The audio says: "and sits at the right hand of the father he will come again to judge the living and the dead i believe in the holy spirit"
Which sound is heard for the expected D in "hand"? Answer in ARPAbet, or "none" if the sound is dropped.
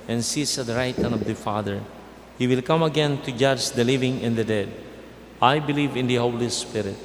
none